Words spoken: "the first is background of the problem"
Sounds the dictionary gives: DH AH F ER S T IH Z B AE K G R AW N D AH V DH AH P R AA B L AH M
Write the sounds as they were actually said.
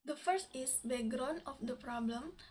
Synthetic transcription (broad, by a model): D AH F ER S T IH S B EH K G R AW N AH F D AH P R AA B L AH M